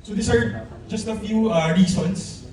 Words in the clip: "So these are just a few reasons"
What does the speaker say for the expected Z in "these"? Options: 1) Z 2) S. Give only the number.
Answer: 2